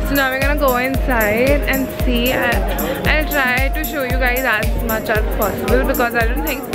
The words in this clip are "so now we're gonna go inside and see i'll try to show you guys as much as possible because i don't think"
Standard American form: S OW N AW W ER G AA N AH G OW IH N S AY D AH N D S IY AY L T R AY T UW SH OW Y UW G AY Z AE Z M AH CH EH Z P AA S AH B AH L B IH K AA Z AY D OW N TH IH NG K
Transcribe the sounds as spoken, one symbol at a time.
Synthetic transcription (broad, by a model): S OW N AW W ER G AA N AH G OW IH N S AY D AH N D S IY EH N T R AY T UW SH OW Y UW G AY Z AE S M AH CH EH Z P AA S AH B AH L B IH K AA Z AY D OW N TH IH NG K